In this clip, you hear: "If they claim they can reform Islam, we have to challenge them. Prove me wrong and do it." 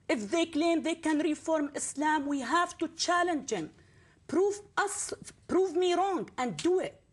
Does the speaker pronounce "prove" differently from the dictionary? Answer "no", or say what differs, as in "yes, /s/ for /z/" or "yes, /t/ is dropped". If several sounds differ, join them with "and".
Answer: no